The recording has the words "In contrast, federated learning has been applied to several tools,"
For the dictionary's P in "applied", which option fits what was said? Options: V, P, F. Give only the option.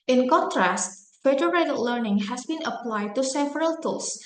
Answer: P